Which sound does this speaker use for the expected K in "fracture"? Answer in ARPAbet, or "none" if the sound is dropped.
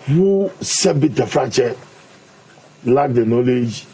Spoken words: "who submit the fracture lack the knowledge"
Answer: none